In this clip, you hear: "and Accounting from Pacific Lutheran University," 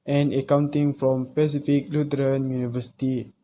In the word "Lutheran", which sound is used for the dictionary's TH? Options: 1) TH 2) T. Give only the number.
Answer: 2